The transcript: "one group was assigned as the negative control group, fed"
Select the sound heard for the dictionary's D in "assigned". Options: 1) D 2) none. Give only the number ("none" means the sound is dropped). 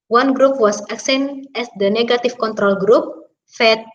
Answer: 2